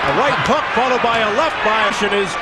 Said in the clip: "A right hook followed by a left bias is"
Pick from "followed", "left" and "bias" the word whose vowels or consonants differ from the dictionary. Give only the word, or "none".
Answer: bias